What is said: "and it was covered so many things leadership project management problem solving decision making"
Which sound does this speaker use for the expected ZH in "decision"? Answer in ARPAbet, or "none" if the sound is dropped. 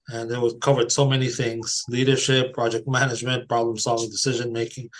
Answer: ZH